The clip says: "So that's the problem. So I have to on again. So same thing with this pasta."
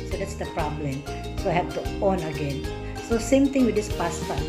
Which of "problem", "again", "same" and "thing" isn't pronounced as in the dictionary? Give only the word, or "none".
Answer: thing